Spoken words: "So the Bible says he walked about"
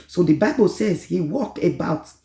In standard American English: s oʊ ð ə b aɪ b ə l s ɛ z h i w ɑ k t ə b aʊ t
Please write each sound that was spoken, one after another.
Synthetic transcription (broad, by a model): s oʊ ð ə b aɪ b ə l s ɛ z h i w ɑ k ə b aʊ t